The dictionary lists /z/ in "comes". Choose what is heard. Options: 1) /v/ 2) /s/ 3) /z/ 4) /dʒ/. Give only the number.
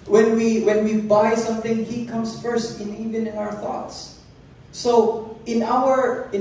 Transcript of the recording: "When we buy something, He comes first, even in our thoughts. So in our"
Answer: 2